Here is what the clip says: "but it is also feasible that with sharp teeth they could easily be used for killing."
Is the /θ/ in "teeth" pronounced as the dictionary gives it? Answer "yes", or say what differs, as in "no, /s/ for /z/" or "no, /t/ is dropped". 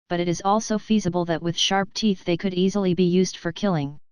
yes